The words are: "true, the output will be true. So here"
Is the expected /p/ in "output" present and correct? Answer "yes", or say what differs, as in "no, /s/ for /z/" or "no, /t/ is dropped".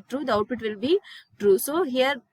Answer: no, /f/ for /p/